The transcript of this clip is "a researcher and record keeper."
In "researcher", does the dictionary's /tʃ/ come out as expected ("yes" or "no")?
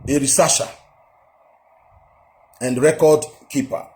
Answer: no